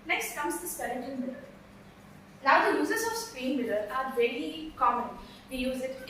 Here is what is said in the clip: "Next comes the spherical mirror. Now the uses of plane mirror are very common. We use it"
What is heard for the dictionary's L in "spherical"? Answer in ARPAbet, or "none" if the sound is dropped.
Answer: N